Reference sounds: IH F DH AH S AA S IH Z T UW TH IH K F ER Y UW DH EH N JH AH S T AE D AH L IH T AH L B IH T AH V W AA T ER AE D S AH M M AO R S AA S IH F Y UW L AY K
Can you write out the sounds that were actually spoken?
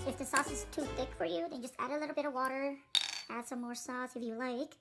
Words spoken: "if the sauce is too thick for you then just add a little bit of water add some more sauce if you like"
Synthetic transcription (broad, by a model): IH F DH AH S AA S IH Z T UW TH IH K F ER Y UW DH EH N JH AH S T AE D AH L IH T L B IH T AH V W AA T ER AE D S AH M M AO R S AA S IH F Y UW L AY K